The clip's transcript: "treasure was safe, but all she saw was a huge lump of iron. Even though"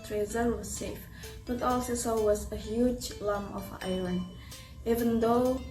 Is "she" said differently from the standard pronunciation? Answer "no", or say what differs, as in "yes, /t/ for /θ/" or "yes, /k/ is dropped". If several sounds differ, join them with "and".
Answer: yes, /s/ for /ʃ/